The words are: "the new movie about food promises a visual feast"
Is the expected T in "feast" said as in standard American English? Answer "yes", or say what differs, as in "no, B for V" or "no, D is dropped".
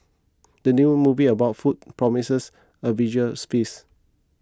no, T is dropped